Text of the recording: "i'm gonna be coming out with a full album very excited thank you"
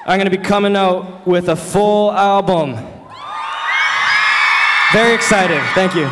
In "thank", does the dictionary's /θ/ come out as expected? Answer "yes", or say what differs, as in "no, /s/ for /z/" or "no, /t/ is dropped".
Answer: yes